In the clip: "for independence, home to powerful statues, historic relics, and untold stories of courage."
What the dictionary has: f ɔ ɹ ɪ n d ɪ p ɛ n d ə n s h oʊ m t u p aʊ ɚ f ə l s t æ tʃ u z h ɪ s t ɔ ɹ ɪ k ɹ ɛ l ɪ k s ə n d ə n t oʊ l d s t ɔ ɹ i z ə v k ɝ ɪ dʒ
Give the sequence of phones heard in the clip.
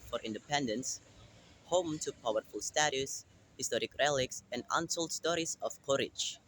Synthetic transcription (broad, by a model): f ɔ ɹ ɪ n d ɪ p ɛ n d ə n s h oʊ m t u p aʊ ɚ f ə l s t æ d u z h ɪ s t ɔ ɹ ɪ k ɹ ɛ l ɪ k s ə n d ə n s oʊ l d s t ɔ ɹ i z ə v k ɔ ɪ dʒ